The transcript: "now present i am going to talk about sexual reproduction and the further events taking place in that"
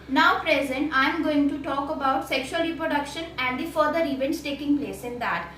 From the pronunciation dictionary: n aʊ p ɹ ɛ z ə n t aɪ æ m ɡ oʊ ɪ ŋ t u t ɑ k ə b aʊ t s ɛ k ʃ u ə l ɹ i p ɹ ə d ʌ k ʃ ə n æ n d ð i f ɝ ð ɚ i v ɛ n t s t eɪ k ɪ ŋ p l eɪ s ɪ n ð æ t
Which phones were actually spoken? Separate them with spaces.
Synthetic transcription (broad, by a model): n aʊ p ɹ ɛ z ə n t aɪ m ɡ oʊ ɪ ŋ t u t ɑ k ə b aʊ t s ɛ k ʃ u ə l ɹ i p ɹ ə d ʌ k ʃ ə n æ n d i f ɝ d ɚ i v ɛ n t s t eɪ k ɪ ŋ p l eɪ s ɪ n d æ t